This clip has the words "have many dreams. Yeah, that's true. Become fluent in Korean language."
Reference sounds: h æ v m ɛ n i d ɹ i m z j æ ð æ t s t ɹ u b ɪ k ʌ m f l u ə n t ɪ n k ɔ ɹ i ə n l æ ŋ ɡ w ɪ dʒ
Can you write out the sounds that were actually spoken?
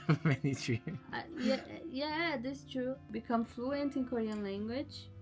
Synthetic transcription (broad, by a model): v m ɛ n i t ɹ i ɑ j j æ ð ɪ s t ɹ u b ɪ k ʌ m f l u ə n t ɪ n k ɔ ɹ i ə n l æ ŋ ɡ w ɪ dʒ